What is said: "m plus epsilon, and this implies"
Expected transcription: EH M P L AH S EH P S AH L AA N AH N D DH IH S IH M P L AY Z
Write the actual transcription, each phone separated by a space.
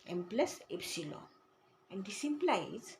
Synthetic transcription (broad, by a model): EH M P L AH S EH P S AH L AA AH N D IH S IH M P L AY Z